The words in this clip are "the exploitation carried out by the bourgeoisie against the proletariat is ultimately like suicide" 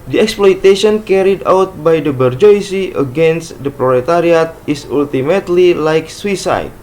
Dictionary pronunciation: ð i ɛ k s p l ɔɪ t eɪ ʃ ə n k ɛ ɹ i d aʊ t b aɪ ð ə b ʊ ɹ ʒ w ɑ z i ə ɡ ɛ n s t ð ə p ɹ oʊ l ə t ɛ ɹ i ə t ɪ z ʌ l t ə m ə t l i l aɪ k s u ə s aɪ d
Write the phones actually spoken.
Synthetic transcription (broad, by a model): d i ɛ k s p l ɔɪ t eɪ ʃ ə n k ɛ ɹ i d aʊ t b aɪ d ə b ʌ ɹ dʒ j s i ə ɡ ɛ n s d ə p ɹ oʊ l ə t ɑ ɹ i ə t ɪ s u l t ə m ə t l i l aɪ k s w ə s aɪ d